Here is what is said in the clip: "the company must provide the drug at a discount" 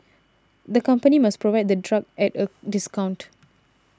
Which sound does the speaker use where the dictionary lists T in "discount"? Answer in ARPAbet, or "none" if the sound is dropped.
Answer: T